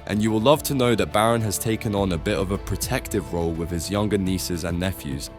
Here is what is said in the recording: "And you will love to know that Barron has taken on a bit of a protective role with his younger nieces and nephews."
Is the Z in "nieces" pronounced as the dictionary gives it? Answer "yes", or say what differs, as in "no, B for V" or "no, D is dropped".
yes